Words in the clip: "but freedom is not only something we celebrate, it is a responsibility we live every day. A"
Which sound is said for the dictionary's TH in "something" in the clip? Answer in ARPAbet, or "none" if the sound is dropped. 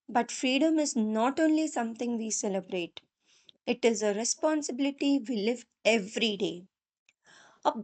T